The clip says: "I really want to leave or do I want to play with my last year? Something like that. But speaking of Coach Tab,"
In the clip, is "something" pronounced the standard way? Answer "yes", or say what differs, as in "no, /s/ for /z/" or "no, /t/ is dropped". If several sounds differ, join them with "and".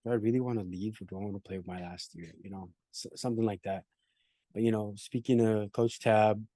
yes